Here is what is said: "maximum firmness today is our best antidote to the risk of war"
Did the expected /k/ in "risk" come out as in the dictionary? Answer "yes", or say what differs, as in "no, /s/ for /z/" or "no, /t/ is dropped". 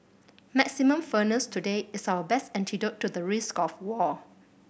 yes